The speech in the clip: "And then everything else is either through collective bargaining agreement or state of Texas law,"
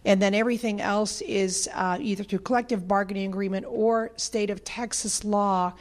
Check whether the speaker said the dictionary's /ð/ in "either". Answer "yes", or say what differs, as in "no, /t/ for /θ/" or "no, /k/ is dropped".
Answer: yes